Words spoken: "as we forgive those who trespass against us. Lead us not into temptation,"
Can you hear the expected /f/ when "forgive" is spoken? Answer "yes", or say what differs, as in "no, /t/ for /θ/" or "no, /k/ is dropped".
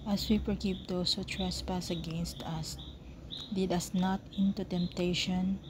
no, /p/ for /f/